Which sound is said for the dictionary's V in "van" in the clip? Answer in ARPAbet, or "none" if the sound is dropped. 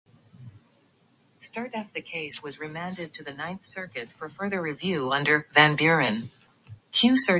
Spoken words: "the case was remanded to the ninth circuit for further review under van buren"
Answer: V